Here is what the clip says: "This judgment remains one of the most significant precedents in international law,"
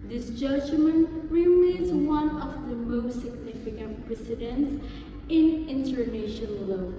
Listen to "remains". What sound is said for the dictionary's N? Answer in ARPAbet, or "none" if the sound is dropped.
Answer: none